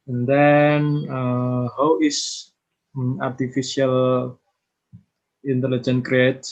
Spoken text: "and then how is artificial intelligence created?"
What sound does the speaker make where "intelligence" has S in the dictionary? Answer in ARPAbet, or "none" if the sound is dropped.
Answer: none